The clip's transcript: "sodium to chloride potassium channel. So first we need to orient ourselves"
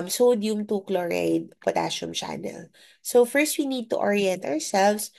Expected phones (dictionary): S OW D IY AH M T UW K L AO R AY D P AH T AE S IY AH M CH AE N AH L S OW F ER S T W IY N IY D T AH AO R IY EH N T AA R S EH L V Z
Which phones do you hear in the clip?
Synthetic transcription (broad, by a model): S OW D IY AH M T UW K L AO R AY D P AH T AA SH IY M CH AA N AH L S OW F ER S T W IY N IY D T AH AO R IY EH N T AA R S EH L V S